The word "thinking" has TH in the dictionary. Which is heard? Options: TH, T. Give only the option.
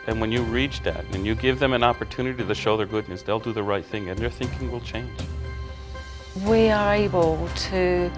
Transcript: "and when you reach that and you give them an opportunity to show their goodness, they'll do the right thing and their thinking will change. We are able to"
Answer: TH